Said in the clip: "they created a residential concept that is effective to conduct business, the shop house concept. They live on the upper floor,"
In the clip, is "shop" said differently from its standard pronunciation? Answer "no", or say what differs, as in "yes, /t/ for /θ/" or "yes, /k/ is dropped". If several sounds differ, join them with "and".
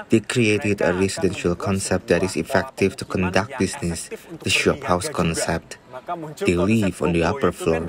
no